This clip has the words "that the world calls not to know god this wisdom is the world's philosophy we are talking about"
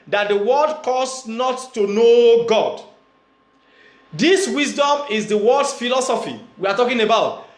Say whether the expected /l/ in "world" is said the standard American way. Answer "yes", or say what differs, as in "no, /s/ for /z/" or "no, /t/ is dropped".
no, /l/ is dropped